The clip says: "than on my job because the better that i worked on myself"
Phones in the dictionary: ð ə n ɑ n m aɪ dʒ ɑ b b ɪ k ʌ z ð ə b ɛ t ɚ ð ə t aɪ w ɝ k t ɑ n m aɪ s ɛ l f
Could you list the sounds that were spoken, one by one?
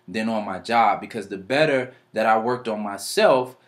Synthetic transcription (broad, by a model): ð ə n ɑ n m aɪ dʒ ɑ b b ɪ k ʌ z ð ə b ɛ t ɚ ð ə t aɪ w ɝ k t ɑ n m aɪ s ɛ l f